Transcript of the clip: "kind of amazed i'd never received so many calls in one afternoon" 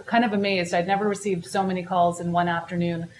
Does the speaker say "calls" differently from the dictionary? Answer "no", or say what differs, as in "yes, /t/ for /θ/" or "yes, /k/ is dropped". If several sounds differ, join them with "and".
no